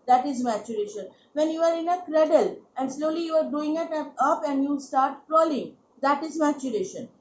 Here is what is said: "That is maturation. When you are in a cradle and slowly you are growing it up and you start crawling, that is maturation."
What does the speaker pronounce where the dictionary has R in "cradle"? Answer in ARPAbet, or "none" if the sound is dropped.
R